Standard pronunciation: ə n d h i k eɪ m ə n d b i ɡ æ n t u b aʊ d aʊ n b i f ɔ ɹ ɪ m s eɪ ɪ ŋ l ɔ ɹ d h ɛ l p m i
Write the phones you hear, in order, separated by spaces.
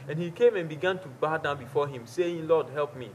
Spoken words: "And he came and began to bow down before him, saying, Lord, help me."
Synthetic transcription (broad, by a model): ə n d h i k eɪ m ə n b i ɡ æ n t u b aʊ d aʊ n b i f ɔ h ɪ m s eɪ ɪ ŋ l ɔ d h ɛ l p m i